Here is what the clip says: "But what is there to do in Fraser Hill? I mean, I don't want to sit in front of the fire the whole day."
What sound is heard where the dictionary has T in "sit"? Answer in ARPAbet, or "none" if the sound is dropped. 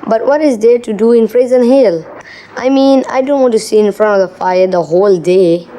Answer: none